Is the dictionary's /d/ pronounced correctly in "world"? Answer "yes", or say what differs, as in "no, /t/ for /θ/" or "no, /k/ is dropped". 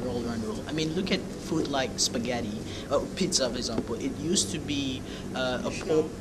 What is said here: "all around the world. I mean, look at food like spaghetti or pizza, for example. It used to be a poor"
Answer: no, /d/ is dropped